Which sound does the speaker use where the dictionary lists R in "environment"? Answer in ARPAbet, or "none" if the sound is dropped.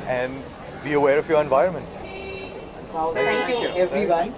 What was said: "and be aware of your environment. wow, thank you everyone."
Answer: R